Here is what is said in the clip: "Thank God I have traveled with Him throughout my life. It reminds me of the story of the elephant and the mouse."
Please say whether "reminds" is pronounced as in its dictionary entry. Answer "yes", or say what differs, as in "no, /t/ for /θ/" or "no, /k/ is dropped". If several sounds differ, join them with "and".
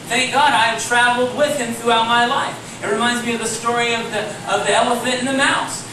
yes